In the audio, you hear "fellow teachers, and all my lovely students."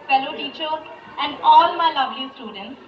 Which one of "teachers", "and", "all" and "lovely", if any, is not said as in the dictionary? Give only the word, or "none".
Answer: teachers